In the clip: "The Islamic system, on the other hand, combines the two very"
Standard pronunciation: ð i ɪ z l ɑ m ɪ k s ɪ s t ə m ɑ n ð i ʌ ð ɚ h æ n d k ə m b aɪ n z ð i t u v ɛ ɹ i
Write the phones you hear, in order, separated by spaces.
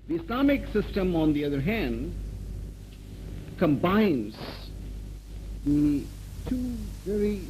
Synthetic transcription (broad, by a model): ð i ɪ s l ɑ m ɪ k s ɪ s t ə m ɑ n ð i ʌ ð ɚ h æ n d k ə m b aɪ n z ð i t u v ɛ ɹ i